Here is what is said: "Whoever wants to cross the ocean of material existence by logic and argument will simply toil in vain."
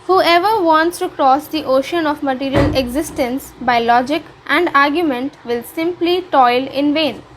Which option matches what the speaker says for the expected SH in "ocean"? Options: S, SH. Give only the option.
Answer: SH